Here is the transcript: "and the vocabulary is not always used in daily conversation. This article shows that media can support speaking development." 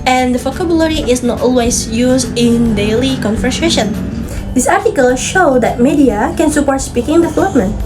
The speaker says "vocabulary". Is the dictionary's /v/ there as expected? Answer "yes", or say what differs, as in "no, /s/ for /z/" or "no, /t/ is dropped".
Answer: no, /f/ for /v/